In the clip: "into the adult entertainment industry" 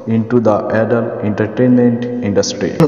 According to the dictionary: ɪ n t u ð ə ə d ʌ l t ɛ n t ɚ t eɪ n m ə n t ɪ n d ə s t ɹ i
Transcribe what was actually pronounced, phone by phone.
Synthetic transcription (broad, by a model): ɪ n t u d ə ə d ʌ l ɛ n t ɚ t eɪ n m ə n t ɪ n d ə s t ɹ i